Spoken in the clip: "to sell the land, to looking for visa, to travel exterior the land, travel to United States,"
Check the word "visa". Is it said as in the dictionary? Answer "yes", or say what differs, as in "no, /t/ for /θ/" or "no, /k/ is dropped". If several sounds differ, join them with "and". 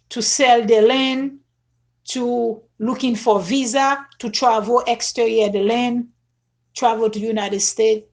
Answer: yes